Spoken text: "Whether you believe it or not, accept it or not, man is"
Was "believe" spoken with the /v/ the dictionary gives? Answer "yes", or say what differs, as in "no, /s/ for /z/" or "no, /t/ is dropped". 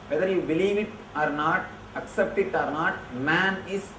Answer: yes